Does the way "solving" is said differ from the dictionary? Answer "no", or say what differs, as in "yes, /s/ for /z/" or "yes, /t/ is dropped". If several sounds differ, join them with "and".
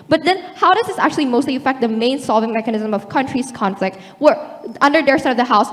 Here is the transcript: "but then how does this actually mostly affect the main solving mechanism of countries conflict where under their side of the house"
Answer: no